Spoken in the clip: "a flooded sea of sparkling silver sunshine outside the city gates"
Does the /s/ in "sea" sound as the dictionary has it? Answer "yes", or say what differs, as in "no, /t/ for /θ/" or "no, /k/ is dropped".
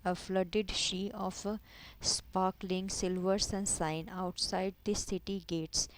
no, /ʃ/ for /s/